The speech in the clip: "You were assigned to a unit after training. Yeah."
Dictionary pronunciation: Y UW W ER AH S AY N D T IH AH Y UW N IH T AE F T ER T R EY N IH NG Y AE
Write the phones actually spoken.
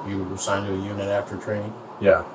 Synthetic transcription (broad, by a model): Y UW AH S AY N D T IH AH Y UW N IH T AE F T ER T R EY IH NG Y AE